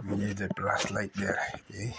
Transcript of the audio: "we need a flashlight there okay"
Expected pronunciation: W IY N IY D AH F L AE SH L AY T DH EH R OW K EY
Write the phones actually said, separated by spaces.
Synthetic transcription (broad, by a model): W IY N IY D AH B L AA S L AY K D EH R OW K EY